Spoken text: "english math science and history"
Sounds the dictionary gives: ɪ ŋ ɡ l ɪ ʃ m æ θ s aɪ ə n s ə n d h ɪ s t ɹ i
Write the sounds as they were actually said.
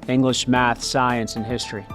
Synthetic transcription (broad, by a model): ɪ ŋ ɡ l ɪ ʃ m æ θ s aɪ ə n s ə n h ɪ s t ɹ i